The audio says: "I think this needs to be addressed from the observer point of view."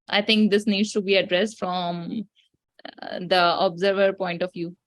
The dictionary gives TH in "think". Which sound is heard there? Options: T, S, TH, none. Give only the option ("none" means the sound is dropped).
T